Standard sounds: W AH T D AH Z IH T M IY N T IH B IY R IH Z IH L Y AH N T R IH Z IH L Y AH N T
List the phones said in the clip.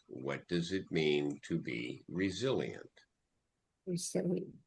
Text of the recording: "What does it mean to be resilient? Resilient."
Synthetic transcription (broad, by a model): W AH T D AH Z IH T M IY N T IH B IY R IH Z IH L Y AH N T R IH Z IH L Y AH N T